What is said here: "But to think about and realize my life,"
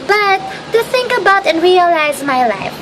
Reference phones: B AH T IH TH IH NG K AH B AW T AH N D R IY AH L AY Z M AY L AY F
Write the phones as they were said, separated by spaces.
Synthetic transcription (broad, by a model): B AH T IH TH IH NG K AH B AW T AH N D R IY AH L AY Z M AY L AY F